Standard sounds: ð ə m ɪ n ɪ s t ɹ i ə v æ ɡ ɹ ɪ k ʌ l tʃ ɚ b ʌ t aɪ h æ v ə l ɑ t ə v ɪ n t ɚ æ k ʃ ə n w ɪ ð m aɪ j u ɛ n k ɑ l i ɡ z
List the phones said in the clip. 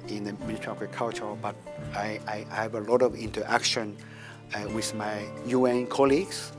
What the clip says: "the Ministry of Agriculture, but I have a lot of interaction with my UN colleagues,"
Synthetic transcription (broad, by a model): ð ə m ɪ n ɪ t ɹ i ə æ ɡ ɹ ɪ k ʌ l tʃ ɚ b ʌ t aɪ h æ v ə l ɑ t ə v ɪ n t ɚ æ k ʃ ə n w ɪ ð m aɪ j u ɛ n k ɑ l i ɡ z